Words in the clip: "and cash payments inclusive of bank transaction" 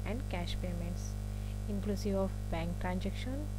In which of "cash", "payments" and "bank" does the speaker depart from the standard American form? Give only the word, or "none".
none